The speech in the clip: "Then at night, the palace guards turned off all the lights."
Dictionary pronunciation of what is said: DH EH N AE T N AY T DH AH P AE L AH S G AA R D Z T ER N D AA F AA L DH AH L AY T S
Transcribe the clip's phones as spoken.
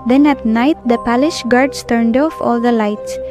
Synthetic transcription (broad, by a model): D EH N AE T N AY T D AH P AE L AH SH G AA R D S T ER N D AA F AA L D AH L AY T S